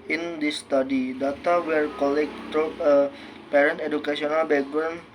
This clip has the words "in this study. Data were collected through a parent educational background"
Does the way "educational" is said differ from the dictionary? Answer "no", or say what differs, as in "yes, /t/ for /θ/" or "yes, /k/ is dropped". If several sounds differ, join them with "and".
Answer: yes, /s/ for /ʃ/